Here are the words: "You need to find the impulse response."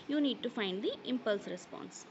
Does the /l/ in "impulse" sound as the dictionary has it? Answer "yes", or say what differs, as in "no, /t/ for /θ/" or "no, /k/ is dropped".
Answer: yes